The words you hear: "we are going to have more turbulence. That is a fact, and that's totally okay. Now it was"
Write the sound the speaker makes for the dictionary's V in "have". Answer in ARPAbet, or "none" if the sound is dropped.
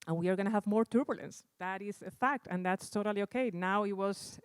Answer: V